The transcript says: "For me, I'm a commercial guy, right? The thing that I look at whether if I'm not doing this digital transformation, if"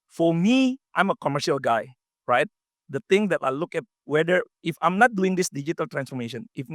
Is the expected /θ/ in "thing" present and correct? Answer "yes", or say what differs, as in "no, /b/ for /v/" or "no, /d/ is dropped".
no, /t/ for /θ/